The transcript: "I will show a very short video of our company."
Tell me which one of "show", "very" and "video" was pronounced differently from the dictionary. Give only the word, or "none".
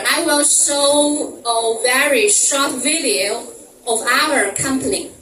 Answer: show